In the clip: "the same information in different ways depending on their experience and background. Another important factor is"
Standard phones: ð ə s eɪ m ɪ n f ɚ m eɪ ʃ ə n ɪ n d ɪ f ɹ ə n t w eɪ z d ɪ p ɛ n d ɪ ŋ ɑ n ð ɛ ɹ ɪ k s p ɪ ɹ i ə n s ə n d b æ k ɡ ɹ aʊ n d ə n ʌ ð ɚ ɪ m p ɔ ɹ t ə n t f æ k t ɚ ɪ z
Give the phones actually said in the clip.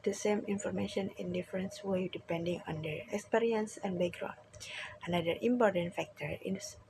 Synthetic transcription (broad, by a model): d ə s eɪ m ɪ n f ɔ m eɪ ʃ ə n ɪ n d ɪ f ɹ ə n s w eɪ d ɪ p ɛ n d ɪ ŋ ɑ n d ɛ ɹ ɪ k s p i ɹ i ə n s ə n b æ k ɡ ɹ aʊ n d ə n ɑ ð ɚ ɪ m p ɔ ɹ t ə n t f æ k t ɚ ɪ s